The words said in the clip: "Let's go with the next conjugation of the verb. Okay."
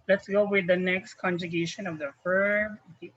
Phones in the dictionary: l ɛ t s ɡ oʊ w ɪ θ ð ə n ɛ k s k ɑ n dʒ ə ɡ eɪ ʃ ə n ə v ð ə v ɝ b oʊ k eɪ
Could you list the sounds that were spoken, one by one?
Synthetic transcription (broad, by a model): l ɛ t s ɡ oʊ w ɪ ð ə n ɛ k s k ɑ n dʒ ə ɡ eɪ ʃ ə n ə v ð ə f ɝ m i